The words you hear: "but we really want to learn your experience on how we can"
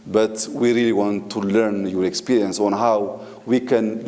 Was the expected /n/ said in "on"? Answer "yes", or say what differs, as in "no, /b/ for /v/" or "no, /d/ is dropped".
yes